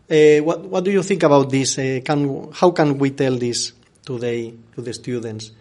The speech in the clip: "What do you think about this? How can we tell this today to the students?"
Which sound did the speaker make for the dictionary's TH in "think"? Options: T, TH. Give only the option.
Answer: TH